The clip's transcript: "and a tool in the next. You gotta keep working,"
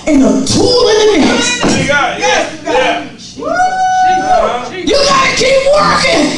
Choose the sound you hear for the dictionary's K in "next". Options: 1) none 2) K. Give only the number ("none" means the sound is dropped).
1